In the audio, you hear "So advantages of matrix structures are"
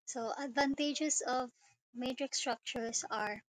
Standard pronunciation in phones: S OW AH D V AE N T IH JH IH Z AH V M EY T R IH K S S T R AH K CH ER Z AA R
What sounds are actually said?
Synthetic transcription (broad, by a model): S OW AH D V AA N T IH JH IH S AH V M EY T R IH K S S T R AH K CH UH S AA R